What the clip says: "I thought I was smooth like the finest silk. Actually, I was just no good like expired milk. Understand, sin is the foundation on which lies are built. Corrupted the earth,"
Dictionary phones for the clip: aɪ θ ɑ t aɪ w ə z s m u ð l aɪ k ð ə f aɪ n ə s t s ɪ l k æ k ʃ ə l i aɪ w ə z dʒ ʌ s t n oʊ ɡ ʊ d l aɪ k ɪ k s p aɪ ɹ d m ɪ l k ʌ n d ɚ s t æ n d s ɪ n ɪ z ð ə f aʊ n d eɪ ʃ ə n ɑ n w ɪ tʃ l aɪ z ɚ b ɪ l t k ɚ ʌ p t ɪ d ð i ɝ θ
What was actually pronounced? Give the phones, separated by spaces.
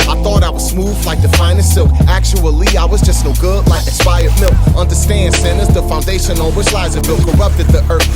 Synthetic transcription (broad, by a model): aɪ θ ɑ t aɪ w ə z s m u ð l aɪ k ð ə f aɪ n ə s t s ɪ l k æ k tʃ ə l i aɪ w ə z dʒ ʌ s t n oʊ ɡ ʊ d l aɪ ɪ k s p aɪ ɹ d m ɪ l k ʌ n d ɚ s t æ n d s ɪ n ɪ z ð ə f aʊ n d eɪ ʃ ə n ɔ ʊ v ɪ s l aɪ z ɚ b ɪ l k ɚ ʌ p t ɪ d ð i ɝ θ